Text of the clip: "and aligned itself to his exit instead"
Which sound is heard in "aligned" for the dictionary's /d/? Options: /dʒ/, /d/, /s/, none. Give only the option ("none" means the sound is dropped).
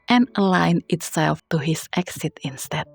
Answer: none